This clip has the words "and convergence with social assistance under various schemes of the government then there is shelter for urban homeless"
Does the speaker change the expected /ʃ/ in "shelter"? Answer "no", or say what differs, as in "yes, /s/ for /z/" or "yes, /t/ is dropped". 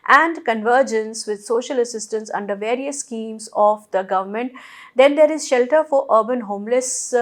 no